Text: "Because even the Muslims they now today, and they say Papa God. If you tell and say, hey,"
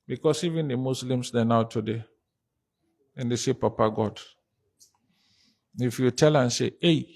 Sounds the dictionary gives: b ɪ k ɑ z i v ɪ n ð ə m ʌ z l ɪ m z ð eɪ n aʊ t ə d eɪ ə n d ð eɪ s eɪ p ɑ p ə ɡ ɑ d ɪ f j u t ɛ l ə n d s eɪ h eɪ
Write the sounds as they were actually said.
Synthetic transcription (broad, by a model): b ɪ k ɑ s i v ɪ n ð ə m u s l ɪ m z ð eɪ n aʊ t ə d eɪ ə n d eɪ s eɪ p ɑ p ə ɡ ɑ d ɪ f j u t ɛ l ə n s eɪ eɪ